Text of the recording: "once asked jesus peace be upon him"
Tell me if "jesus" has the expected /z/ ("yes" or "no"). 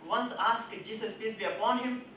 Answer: no